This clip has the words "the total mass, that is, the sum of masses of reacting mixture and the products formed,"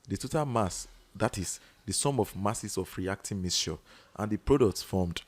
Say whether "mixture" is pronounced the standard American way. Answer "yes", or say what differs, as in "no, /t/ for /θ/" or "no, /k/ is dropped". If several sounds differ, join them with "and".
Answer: no, /k/ is dropped